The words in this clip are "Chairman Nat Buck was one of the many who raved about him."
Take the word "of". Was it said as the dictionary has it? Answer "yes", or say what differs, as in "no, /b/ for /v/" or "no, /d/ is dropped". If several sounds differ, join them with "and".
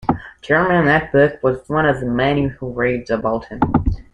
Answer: yes